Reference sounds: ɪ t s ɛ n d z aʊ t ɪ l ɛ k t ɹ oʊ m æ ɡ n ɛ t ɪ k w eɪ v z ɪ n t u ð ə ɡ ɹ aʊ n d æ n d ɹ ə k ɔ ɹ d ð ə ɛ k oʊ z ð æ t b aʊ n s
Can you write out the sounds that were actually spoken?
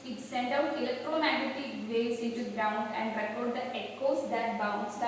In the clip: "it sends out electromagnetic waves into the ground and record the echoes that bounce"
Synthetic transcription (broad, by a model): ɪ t s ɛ n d aʊ t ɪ l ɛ k t ɹ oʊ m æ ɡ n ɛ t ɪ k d eɪ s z ɪ n t u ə ɡ ɹ aʊ n d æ n d ɹ ə k ɔ ɹ d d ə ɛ k oʊ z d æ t b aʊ n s